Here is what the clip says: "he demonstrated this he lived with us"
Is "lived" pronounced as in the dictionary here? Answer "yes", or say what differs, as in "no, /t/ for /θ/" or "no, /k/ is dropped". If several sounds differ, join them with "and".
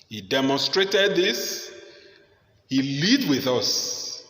no, /v/ is dropped